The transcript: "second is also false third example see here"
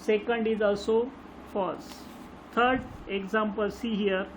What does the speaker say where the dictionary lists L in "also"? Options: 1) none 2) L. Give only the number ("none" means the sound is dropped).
2